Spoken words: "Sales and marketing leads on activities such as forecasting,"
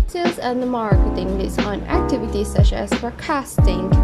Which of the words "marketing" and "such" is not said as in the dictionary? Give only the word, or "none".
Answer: such